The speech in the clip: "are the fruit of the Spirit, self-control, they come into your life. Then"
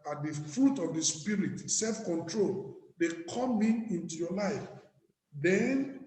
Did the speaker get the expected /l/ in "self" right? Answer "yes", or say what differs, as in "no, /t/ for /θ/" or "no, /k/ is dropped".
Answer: yes